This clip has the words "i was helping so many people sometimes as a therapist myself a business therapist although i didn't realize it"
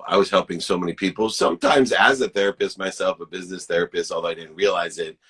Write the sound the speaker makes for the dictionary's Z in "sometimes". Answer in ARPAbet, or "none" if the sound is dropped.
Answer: Z